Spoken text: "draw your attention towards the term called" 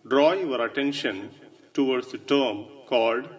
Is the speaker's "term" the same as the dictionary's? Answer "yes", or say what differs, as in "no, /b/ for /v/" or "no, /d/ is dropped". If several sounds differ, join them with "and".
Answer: yes